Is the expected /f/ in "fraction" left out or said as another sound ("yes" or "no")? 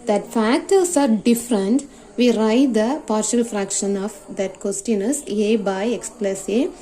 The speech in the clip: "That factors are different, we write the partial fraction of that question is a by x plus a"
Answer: no